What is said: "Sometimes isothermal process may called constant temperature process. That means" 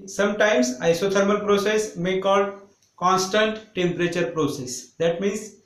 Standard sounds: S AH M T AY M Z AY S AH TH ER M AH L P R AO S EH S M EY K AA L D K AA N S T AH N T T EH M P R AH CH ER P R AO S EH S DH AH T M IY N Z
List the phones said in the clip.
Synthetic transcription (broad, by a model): S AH M T AY M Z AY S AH T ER M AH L P R AO S EH S M EY K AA L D K AA N S T AH N T T EH M P R AH CH ER P R AO S EH S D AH T M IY N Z